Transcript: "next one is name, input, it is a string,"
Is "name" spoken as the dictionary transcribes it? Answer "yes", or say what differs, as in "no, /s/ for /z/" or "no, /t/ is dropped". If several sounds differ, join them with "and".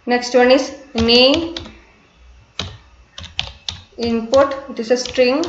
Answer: no, /m/ is dropped